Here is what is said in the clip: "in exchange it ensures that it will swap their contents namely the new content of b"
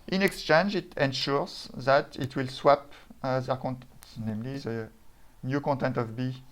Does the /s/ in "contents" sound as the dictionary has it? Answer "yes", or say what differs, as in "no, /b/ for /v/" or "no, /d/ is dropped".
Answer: no, /s/ is dropped